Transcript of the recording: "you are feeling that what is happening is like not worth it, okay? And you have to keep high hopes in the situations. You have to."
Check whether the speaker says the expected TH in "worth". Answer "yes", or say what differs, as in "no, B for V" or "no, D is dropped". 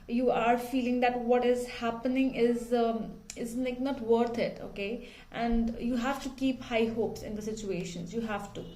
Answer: no, T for TH